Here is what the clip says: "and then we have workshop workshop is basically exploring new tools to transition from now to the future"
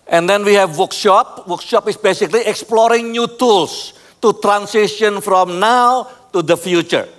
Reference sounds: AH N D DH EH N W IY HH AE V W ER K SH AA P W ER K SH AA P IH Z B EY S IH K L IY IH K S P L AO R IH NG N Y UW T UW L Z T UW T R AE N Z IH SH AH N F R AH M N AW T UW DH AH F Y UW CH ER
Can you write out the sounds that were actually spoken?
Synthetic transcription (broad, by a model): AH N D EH N W IY HH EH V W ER K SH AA P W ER K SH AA P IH S B EY S IH K L IY IH K S P L AO R IH NG N Y UW T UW L S T UW T R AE N S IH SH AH N F R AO M N AW T UW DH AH F Y UW CH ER